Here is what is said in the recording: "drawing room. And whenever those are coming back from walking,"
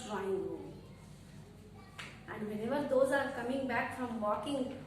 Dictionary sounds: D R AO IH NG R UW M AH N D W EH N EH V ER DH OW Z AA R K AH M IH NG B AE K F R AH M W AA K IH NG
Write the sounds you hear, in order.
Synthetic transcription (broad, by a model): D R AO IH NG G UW AH N D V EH N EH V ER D OW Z AA R K AH M IH NG B AE K F R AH M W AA K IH NG